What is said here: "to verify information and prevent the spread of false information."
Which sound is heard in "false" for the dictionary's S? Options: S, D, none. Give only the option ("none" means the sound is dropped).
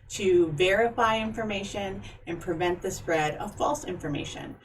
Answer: S